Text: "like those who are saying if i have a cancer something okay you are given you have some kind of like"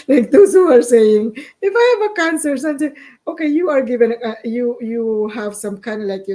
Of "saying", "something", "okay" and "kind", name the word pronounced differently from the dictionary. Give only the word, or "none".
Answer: something